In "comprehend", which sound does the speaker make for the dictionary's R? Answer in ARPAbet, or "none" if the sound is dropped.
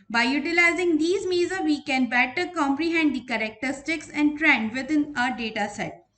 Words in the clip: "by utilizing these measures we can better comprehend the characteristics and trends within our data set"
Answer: R